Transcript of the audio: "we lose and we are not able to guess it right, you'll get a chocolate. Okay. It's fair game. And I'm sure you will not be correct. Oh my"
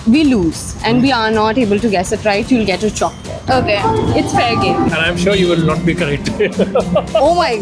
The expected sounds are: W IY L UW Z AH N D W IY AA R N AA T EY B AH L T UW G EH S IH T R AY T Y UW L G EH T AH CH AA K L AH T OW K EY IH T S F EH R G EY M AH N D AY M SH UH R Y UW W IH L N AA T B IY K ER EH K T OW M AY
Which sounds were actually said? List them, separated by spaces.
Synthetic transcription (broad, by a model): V IY L UW Z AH N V IY AA R N AA T EY B AH L T UW G EH S IH T R AY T Y UW L G EH T AH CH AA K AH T OW K EY IH T S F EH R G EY AH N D AY M SH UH R Y UW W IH L N AA T B IY K ER EH K T OW M AY